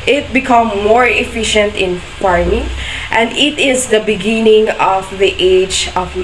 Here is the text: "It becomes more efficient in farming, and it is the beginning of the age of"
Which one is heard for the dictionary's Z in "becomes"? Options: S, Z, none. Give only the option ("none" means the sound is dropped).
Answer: none